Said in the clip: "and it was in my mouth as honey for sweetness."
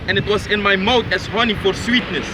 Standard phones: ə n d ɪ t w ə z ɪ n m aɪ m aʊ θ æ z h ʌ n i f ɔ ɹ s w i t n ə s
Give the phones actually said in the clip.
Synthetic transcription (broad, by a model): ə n ɪ t w ə z ɪ n m aɪ m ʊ t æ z h ʌ n i f ɔ ɹ s w i t n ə s